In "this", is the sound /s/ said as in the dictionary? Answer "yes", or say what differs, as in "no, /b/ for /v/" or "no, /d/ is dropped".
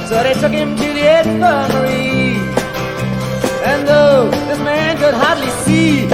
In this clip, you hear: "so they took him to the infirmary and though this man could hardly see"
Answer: no, /s/ is dropped